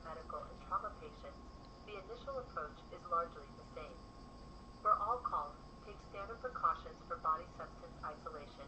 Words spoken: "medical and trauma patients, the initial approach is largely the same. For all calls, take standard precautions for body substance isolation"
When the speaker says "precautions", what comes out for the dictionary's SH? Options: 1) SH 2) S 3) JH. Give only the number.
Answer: 1